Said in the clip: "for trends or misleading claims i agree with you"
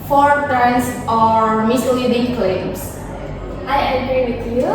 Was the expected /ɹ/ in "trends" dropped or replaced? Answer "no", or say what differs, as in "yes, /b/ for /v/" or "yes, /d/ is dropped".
yes, /ɹ/ is dropped